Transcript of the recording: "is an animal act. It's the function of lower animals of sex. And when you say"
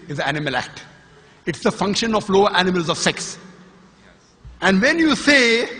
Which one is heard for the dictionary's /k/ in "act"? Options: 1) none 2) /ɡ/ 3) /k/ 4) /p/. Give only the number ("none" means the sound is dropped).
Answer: 3